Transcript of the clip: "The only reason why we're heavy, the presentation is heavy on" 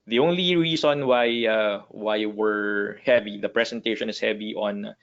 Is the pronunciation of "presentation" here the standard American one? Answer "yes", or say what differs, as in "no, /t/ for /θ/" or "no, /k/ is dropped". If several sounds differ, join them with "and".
no, /s/ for /z/